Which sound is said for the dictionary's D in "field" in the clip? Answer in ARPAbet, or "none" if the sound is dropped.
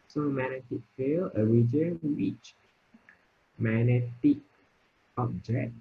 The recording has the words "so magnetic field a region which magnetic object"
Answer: none